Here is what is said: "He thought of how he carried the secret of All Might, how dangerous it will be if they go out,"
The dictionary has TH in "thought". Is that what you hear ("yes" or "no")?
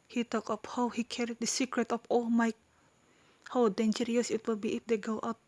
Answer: no